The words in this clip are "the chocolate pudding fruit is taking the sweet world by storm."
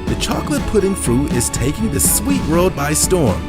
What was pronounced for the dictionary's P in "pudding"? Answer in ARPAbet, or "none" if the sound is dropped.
P